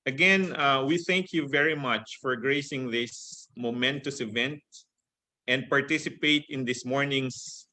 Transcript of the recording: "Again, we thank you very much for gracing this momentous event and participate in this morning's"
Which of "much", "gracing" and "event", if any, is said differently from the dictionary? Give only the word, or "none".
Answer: none